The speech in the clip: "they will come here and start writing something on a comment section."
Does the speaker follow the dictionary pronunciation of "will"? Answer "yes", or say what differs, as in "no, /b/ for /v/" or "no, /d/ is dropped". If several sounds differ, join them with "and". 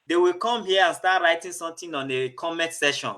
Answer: yes